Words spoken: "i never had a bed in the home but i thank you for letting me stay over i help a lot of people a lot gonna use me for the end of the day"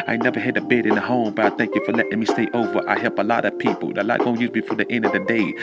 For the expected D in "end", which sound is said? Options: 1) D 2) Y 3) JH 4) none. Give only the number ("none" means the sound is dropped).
1